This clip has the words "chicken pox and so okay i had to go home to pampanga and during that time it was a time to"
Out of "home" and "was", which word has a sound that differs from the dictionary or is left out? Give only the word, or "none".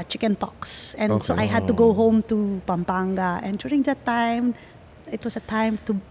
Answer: was